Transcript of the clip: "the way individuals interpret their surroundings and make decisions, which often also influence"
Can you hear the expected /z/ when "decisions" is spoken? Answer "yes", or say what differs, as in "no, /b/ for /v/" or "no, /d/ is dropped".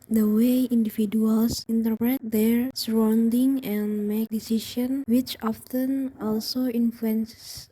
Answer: no, /z/ is dropped